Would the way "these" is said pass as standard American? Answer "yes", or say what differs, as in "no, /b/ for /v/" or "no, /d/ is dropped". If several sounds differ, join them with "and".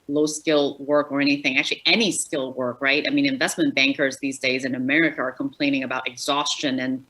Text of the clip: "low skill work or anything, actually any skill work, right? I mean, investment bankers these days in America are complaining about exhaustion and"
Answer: yes